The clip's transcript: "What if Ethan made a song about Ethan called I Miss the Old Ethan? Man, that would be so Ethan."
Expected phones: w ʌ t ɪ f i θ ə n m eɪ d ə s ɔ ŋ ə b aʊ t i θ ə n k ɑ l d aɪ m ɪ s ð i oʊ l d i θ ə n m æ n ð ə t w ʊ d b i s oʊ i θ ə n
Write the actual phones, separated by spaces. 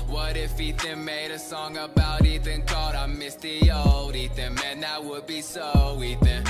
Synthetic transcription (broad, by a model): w ʌ t ɪ f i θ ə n m eɪ d ə s ɔ ŋ ə b aʊ t i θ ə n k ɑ d aɪ m ɪ s ð i oʊ l d i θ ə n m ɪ n ð ə t w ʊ d b i s oʊ i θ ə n